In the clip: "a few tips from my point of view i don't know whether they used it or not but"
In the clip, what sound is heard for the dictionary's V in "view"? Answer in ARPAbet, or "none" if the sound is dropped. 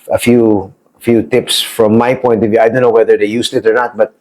V